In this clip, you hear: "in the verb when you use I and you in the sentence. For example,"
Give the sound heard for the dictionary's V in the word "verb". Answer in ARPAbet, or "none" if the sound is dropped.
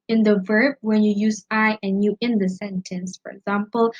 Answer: V